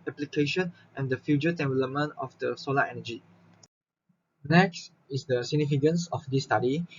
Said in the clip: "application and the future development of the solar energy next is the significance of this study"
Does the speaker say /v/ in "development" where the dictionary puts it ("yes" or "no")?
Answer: no